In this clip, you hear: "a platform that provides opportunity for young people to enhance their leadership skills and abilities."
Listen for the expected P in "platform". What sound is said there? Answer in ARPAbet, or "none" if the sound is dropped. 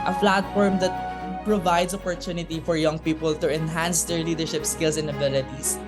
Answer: F